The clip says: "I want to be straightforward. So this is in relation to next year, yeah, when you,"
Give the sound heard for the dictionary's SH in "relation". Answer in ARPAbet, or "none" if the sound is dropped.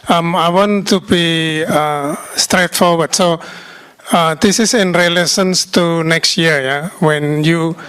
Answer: S